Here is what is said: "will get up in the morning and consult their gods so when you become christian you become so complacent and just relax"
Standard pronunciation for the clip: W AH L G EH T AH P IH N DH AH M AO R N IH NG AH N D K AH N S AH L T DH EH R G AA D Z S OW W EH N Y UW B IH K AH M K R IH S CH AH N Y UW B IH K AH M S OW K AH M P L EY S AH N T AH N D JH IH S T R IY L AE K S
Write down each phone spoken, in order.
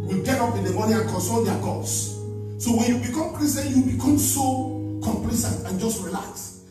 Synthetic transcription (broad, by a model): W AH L G EH T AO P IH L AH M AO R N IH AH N K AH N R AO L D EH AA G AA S S OW W EH N Y UW B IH K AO M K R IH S AH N Y UW B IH K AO M S OW K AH M P L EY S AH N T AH N JH IH S T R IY L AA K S